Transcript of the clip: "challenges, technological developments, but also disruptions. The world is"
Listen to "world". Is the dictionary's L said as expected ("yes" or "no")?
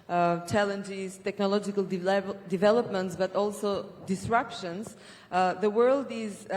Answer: yes